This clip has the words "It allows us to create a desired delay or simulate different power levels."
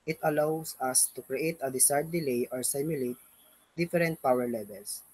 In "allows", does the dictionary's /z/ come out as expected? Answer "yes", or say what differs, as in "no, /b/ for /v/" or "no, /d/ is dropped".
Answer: no, /s/ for /z/